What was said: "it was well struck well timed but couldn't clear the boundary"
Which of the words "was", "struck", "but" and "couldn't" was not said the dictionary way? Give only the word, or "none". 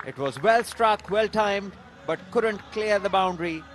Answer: none